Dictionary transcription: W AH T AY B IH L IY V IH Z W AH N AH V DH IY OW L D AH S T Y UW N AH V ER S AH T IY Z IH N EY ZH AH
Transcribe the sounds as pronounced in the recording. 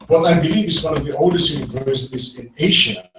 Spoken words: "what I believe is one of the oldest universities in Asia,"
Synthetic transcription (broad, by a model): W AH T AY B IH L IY IH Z W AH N AH V DH IY OW L D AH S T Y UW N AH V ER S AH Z IH N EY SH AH